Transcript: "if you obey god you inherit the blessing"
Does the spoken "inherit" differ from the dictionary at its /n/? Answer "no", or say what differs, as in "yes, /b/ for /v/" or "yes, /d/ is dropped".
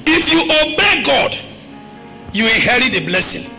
yes, /n/ is dropped